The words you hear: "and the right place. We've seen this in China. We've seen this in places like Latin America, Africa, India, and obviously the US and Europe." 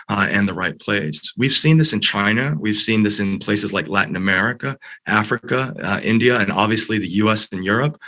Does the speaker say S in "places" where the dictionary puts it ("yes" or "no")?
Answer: yes